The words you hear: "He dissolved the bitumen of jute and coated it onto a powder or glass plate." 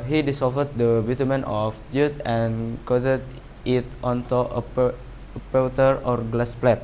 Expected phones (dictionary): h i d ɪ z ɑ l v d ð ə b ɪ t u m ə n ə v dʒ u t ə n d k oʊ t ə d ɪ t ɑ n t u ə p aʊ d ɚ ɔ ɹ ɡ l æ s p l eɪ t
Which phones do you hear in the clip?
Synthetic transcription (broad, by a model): h i d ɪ s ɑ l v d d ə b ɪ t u m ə n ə f dʒ u t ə n k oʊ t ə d ɪ t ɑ n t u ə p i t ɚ ɔ ɹ ɡ l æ s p l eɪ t